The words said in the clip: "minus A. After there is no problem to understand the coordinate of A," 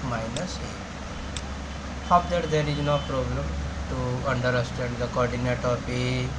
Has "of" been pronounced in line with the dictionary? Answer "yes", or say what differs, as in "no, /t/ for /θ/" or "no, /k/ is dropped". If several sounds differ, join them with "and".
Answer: no, /p/ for /v/